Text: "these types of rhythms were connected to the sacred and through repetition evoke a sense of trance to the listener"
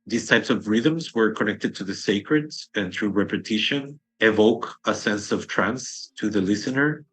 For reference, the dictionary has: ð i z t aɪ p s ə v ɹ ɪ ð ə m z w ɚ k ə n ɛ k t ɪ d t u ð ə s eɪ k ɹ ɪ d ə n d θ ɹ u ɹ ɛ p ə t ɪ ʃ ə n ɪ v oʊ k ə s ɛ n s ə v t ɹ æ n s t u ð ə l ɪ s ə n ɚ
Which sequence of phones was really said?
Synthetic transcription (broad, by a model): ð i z t aɪ p s ə v ɹ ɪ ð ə m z w ɚ k ə n ɛ k t ɪ d t u ð ə s eɪ k ɹ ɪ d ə n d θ ɹ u ɹ ɛ p ə t ɪ ʃ ə n ɪ v oʊ k ə s ɛ n s ə v t ɹ æ n s t u ð ə l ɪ s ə n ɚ